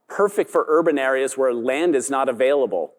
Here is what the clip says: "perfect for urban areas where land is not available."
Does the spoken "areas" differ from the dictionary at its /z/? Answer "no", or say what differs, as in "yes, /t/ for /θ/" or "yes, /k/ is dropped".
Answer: no